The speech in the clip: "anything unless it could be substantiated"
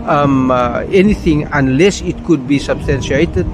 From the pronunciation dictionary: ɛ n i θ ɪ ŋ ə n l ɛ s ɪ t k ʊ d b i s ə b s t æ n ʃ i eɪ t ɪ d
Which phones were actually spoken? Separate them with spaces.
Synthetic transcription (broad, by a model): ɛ n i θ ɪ ŋ ə n l ɛ s ɪ t k ʊ d b i s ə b s t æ n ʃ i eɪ t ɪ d